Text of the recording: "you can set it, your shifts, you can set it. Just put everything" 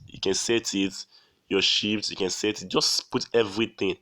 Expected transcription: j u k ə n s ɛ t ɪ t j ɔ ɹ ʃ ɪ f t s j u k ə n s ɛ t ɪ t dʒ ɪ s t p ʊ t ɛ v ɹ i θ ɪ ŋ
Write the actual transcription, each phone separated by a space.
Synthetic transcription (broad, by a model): j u k ə n s ɛ t ɪ t j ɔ ʃ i p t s j u k ə n s ɛ t ɪ t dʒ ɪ s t p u t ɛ v ɹ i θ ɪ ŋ